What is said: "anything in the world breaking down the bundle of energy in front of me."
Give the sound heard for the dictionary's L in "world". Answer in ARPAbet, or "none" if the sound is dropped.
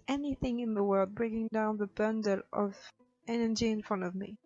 L